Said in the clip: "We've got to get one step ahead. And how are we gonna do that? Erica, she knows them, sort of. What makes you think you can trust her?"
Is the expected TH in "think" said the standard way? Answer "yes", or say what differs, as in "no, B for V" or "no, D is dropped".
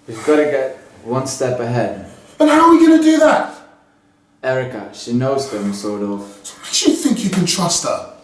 yes